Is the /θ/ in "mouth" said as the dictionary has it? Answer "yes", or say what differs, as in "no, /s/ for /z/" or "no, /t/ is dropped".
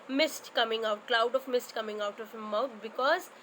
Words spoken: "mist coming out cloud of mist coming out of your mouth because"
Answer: no, /t/ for /θ/